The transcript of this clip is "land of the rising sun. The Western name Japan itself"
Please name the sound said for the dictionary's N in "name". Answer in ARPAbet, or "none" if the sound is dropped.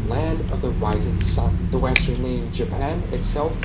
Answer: L